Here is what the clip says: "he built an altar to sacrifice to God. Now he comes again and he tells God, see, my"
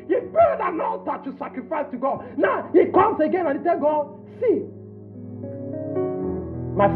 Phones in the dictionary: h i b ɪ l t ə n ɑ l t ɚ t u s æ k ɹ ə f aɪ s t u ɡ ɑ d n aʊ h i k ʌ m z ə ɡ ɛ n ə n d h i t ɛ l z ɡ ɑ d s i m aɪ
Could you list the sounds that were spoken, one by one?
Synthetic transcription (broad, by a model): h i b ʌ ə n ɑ n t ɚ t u s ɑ k ɹ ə f aɪ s t u ɡ ɑ d n aʊ h i k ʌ m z ə ɡ ɛ n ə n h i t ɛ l ɡ ɑ d s i m aɪ